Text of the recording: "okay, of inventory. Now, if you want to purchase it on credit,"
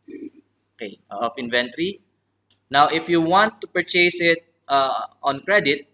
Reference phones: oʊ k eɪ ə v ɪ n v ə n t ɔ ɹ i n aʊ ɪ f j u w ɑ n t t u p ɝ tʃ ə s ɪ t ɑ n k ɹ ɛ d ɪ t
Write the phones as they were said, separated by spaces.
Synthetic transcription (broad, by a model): oʊ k eɪ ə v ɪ n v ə n t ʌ ɹ i n aʊ ɪ f j u w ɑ n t t u p ɝ tʃ ə s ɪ t ɑ n k ɹ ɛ d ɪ t